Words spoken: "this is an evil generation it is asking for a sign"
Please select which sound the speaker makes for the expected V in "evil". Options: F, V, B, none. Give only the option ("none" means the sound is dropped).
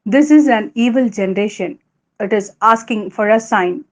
V